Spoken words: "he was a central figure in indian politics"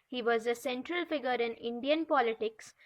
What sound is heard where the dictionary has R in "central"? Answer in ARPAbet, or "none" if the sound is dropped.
R